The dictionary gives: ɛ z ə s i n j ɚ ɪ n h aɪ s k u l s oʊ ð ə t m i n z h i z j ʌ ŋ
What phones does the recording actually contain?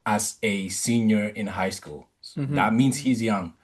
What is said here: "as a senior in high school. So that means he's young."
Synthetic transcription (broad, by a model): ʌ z ə s i n j ɚ ɪ n h aɪ s k u l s ð ə t m i n z h i z j ʌ ŋ